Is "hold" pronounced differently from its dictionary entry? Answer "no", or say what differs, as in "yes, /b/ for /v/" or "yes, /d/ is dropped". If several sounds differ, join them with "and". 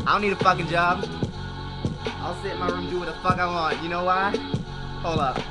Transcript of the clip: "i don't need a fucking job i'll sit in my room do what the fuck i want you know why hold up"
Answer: yes, /d/ is dropped